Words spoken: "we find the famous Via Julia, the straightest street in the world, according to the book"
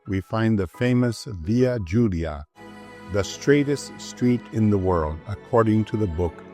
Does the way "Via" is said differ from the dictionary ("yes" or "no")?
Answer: no